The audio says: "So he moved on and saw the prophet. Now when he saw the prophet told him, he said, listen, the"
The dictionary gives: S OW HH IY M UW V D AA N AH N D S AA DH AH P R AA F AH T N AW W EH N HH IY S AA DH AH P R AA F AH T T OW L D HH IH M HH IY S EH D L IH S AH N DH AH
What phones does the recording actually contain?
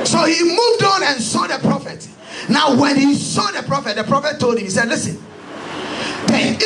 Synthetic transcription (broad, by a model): S OW HH IY M UW V D AA N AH N S AA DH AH P R AA F AH T N AW W EH N HH IY S AA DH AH P R AA F AH T T OW L D HH IH M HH IY S EH D L IH S AH N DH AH